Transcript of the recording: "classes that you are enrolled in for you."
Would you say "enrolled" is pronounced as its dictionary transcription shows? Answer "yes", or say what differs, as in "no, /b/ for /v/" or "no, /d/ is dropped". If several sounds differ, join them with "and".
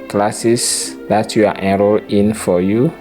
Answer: no, /d/ is dropped